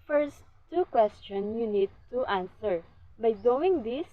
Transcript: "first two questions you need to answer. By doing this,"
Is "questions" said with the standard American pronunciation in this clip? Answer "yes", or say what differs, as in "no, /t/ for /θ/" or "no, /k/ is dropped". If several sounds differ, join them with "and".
no, /s/ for /z/